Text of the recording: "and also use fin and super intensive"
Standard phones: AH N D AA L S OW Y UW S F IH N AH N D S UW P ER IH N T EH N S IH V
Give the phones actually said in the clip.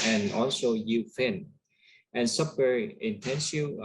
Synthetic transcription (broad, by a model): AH N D AA L S OW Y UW F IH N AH N S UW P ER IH N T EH N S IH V